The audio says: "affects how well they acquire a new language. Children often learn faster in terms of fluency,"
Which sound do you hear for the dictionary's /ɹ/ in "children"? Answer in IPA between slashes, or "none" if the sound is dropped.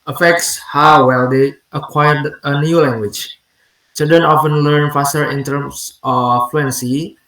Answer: none